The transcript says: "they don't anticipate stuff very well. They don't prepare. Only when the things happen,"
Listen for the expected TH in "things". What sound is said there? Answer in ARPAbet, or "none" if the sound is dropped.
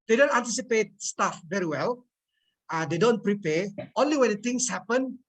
T